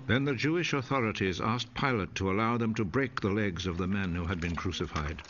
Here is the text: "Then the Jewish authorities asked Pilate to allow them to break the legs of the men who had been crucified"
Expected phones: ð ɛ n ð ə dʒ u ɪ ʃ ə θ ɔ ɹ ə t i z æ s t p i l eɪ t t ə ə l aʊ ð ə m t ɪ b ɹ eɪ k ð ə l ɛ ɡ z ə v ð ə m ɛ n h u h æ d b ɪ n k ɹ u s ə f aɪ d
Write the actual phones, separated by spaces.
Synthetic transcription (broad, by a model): ð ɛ n ð ə dʒ u ɪ ʃ ə θ ɔ ɹ ə t i z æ s p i l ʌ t t ə ə l aʊ ð ə m t ɪ b ɹ eɪ k ð ə l ɛ ɡ z ə v ð ə m ɛ n h u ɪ d b ɪ n k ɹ u s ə f aɪ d